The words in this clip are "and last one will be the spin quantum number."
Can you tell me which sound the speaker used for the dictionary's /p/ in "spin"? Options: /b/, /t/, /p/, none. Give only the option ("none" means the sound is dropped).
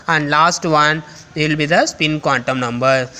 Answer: /p/